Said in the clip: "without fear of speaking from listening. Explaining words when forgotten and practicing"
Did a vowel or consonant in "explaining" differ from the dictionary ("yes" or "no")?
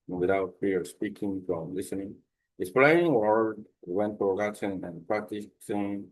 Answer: yes